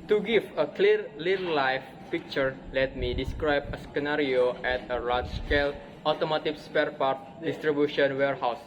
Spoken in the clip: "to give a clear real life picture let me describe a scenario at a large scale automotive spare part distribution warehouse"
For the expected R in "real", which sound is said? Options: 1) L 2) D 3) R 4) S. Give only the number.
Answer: 1